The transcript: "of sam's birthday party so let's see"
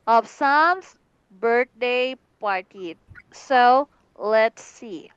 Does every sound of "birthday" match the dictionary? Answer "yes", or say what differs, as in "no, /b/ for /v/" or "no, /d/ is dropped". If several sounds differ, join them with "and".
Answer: no, /t/ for /θ/